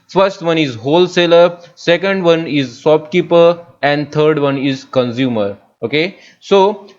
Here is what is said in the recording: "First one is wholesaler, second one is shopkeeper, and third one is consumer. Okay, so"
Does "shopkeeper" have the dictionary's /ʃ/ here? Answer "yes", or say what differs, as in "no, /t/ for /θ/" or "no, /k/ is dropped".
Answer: no, /s/ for /ʃ/